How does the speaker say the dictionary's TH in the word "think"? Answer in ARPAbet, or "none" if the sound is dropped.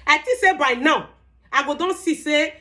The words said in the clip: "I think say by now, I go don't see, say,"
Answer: T